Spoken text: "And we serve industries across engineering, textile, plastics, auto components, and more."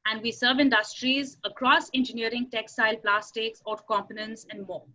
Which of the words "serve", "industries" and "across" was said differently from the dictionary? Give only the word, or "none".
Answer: none